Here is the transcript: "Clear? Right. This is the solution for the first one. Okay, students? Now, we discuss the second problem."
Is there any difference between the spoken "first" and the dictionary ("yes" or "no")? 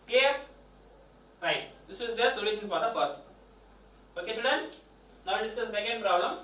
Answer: yes